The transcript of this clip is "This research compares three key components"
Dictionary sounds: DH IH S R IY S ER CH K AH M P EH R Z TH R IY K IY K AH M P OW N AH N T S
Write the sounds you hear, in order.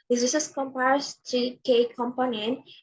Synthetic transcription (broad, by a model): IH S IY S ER S K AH M P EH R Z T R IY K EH K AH M P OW N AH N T